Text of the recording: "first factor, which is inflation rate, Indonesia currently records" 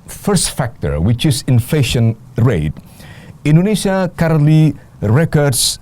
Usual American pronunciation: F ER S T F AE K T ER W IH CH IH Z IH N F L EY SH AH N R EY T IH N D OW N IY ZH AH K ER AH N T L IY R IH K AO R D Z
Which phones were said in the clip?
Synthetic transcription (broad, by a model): F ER S T F AE K T ER W IH CH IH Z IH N F L EY SH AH N R EY T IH N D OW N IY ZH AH K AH T L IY R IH K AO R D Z